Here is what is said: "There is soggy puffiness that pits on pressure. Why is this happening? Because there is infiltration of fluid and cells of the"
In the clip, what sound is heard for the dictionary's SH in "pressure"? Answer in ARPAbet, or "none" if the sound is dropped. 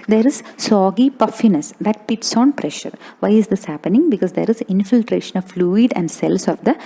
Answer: SH